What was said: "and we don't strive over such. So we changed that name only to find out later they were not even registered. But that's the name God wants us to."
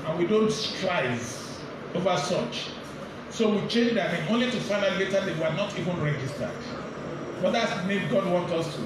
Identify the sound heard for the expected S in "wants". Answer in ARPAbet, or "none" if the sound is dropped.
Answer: none